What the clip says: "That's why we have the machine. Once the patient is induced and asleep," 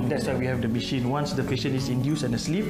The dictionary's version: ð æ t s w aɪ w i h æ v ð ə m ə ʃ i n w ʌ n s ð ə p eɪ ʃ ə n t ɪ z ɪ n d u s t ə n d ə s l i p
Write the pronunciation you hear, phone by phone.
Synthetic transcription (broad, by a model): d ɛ t s w aɪ w i h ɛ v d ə m ə ʃ i n w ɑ n s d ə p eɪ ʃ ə n ɪ s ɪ n d u s ə n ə s l i p